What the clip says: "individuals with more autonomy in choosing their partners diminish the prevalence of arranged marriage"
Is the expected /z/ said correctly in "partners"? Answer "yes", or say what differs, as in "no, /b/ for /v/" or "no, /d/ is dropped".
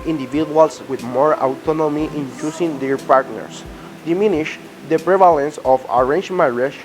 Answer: no, /s/ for /z/